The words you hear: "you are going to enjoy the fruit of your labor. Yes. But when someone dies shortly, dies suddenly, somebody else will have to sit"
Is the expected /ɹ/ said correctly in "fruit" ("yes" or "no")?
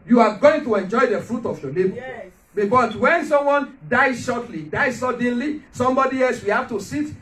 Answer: yes